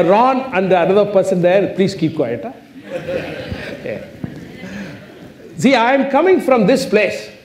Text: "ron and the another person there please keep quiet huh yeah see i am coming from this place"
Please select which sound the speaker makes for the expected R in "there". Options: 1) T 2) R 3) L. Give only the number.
3